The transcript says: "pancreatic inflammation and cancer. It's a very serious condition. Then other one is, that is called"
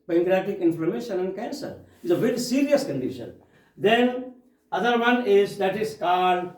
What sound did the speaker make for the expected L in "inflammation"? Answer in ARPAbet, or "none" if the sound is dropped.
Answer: none